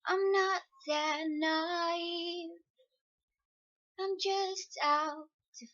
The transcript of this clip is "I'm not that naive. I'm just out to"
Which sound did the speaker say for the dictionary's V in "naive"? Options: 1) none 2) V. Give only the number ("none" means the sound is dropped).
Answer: 1